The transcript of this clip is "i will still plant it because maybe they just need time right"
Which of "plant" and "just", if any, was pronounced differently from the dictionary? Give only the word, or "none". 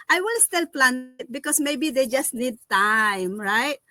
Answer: plant